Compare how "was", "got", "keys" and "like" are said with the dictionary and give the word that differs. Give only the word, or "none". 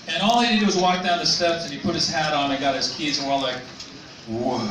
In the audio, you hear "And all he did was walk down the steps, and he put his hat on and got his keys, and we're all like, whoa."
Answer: none